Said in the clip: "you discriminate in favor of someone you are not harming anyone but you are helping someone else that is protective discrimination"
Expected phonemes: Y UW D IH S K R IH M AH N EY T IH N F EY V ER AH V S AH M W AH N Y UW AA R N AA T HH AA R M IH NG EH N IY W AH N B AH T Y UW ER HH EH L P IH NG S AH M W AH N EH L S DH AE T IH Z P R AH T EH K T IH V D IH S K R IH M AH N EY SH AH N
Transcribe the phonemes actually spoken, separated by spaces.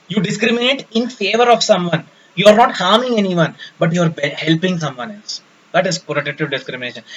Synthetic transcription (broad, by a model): Y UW D IH S K R IH M AH N EY T IH N F EY V ER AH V S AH M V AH N Y UW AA R N AA T HH AA R M IH NG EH N IY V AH N B AH T Y UW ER HH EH L P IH NG S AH M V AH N EH L S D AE T IH Z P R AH T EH T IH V D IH S K R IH M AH N EY SH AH N